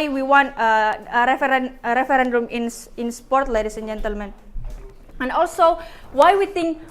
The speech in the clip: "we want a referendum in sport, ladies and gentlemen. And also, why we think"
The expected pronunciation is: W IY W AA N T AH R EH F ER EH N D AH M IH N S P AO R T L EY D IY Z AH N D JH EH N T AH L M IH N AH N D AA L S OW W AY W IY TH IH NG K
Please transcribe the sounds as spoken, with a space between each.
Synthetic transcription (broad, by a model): W IY W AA N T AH R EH F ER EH N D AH M IH N S P AO R T L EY D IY S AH N JH EH N T AH L M IH N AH N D AA L S OW W AY W IY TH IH NG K